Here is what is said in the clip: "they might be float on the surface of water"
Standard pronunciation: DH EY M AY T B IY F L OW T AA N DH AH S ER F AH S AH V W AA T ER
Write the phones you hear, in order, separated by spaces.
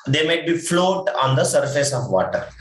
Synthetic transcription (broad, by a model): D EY M AY T B IY F L OW T AA N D AH S ER F AH S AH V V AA T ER